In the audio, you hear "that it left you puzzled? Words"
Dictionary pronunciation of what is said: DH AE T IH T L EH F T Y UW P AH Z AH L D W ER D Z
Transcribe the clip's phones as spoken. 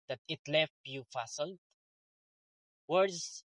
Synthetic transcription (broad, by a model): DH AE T IH T L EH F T Y UW F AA S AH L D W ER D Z